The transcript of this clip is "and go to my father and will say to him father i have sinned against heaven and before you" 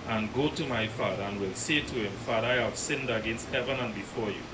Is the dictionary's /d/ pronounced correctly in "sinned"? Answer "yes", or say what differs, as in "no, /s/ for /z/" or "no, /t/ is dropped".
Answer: yes